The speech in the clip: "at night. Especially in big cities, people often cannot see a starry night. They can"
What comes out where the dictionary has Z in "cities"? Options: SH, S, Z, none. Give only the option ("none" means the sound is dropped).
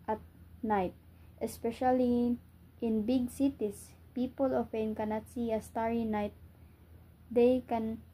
S